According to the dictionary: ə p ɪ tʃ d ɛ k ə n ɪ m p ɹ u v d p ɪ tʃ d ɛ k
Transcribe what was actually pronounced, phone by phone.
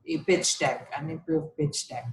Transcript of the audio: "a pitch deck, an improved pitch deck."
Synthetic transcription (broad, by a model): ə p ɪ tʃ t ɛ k ə n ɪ p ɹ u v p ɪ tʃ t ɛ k